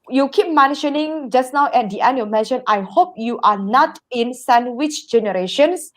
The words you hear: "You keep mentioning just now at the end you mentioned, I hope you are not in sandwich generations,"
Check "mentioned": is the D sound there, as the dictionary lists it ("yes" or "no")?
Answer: no